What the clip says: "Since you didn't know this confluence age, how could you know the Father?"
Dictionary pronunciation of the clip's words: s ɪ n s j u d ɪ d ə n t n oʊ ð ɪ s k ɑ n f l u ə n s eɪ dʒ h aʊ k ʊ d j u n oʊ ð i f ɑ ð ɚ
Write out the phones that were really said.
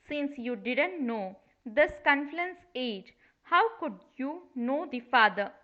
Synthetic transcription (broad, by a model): s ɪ n s j u d ɪ d ə n t n oʊ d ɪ s k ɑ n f u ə n s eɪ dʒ h aʊ k ʊ d j u n oʊ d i f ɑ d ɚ